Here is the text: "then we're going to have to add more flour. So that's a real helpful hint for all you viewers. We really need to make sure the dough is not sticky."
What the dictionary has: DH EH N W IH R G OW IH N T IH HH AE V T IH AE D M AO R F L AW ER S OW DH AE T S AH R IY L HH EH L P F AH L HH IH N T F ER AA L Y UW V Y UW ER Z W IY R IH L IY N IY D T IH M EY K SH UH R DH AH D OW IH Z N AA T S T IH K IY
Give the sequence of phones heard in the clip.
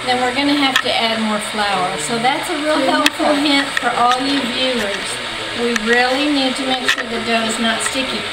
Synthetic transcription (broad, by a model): DH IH N W IH R G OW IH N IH HH AE F T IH AE D M AO R F L AW ER S OW DH AE T S AH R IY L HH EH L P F L HH IH N T F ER AA L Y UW V Y UW ER Z W IY R IH L IY N IY D T IH M EY K SH UH R DH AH D OW IH Z N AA T S T IH K IY